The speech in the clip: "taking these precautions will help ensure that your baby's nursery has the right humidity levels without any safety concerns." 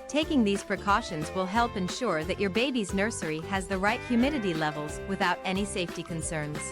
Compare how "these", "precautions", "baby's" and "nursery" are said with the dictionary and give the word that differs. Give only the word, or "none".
none